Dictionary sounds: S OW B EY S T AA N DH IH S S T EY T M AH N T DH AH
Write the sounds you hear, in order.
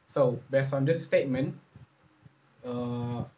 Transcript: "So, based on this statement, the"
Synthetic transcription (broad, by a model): S OW B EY S AA N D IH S S T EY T M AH N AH